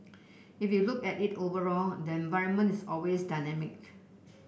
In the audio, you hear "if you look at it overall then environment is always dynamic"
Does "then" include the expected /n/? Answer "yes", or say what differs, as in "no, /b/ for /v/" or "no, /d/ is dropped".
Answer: no, /n/ is dropped